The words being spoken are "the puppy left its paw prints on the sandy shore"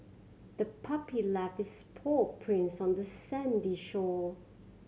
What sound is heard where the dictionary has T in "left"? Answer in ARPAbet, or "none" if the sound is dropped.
none